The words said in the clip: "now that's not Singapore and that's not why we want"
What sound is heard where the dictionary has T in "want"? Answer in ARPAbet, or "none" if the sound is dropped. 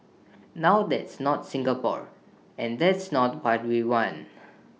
none